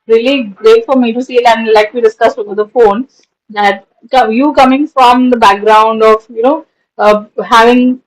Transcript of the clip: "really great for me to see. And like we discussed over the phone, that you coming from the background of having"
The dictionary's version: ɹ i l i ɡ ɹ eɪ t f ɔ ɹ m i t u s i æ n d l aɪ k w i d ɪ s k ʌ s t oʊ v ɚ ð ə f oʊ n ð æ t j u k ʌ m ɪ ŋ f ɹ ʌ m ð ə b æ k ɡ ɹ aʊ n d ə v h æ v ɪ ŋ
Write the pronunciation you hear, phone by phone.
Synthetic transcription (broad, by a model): ɹ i l i ɡ ɹ eɪ t f ɔ ɹ m i t u s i æ n d l aɪ k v i d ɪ s k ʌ s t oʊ b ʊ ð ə f oʊ n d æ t j u k ʌ m ɪ ŋ f ɹ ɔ m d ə b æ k ɡ ɹ aʊ n d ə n h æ v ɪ ŋ